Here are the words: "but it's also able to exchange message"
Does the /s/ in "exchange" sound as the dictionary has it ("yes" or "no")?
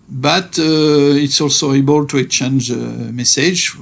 no